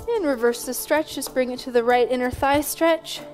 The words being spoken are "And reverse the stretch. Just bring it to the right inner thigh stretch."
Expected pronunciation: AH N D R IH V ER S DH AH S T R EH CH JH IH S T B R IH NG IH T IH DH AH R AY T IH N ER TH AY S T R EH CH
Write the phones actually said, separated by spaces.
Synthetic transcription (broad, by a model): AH N R IH V ER S DH AH S T R EH CH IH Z B R IH NG IH T IH DH AH R AY T IH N ER TH AY S T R EH CH